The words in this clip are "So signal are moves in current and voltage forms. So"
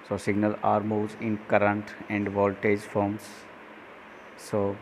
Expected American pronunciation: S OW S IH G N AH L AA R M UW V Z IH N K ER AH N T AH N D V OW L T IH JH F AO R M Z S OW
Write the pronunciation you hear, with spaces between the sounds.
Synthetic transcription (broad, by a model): S OW S IH G N AH L AA R M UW Z IH N K ER AH N T AH N D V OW L T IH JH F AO R M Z S OW